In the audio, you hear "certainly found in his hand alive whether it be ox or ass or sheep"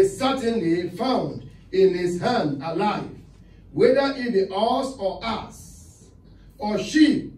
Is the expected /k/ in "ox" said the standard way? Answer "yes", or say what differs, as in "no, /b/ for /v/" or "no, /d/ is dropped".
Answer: no, /k/ is dropped